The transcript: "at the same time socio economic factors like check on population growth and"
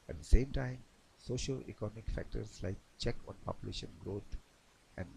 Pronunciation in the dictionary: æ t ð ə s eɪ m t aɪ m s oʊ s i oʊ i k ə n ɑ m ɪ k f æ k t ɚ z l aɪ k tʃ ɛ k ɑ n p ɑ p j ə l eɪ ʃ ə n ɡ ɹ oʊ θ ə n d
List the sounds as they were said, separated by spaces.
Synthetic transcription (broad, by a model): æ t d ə s eɪ m t aɪ m s oʊ ʃ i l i k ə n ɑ m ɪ k f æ k t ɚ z l aɪ k tʃ ɛ k ɑ n p ɑ p j ə l eɪ ʃ ə n ɡ ɹ oʊ t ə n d